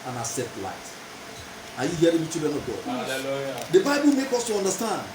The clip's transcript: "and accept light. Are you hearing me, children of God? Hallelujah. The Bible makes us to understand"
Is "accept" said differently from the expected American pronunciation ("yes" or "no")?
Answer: yes